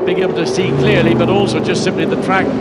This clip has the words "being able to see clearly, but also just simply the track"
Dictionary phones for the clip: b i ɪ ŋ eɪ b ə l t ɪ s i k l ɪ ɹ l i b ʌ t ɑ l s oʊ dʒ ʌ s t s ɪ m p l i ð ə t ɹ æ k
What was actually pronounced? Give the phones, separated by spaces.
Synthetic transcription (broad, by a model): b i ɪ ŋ eɪ b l t ɪ s i k l ɪ ɹ l i b ʌ t ɑ l s oʊ dʒ ʌ s t s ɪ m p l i ð ə t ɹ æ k